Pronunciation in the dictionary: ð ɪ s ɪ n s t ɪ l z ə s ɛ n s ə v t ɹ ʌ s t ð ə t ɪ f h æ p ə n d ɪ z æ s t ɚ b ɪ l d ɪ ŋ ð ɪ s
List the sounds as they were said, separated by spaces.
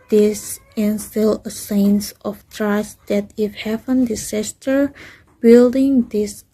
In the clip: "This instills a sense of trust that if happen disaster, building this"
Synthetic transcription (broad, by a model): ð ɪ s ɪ n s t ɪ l ə s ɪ n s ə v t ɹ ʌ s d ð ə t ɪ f h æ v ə n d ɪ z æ s t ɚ b ɪ l d ɪ ŋ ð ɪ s